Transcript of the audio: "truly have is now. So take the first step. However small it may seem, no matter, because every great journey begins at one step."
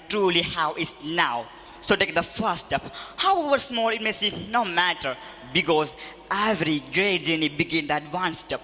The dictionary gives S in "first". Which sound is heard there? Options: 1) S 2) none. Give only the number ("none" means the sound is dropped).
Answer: 2